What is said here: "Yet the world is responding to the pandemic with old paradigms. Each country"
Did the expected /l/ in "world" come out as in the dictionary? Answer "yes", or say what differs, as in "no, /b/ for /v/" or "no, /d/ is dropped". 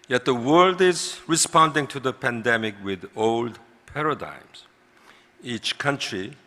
yes